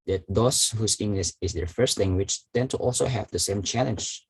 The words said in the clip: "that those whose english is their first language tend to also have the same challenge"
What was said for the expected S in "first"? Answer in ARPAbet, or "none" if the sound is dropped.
S